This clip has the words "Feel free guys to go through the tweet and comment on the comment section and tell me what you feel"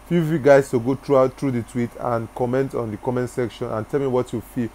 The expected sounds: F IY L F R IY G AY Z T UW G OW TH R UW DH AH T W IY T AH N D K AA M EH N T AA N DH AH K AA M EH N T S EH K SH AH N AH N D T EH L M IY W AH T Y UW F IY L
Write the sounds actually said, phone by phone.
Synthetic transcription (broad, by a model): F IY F IY G AY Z T UW G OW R R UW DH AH T W IY T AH N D K AA M EH N T AA N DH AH K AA M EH N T S EH K SH AH N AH N T EH L M IY W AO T Y UW F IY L